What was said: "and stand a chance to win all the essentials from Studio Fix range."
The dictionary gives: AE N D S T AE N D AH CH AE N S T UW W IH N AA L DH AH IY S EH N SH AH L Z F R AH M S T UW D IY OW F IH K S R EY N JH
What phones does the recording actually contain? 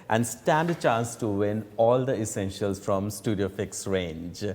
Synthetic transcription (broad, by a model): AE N D S T AE N D AH CH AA N S T UW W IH N AA L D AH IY S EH N SH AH L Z F R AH M S T UW D IY OW F IH K S R EY N JH